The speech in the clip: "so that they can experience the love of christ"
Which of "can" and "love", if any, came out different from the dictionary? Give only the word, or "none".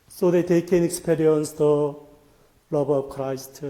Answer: love